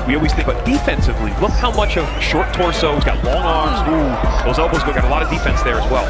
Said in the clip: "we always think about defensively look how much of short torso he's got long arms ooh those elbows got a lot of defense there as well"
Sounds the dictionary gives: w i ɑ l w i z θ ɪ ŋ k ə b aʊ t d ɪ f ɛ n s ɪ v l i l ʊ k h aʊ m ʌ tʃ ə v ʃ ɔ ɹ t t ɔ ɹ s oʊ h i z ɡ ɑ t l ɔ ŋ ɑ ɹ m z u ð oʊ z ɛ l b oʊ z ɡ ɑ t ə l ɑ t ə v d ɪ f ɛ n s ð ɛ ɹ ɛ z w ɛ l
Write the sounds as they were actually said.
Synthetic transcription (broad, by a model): w i ɑ l w i z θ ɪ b ə t d ɪ f ɛ n s ɪ v l i l ʊ k h aʊ m ʌ tʃ ə v ʃ ɔ ɹ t t ɔ ɹ s oʊ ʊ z ɡ ɑ t l ɔ ŋ ɑ ɹ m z u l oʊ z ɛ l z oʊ ɡ ɑ t ə l ɑ t ə v d ɪ f ɛ n s ð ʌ ɹ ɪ z w ɛ l